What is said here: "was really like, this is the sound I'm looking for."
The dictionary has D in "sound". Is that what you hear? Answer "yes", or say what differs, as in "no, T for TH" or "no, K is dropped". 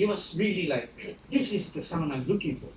no, D is dropped